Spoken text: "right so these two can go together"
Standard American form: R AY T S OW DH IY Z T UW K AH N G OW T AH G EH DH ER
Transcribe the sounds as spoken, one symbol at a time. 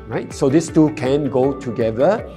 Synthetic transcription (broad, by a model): R AY T S OW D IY S T UW K AH N G OW T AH G EH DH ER